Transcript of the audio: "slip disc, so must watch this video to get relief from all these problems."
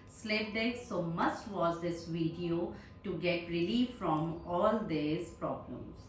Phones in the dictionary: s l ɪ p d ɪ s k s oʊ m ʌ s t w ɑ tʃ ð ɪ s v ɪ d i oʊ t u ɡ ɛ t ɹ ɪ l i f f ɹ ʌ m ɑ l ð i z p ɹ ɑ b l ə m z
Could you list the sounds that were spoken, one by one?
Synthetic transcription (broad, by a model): s l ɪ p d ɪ k s oʊ m ʌ s t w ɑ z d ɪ s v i d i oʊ t u ɡ ɛ t ɹ ɪ l i f f ɹ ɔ m ɑ l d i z p ɹ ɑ b l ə m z